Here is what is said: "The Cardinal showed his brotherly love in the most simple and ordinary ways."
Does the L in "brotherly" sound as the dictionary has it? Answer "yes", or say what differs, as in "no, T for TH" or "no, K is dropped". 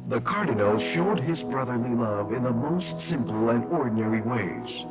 yes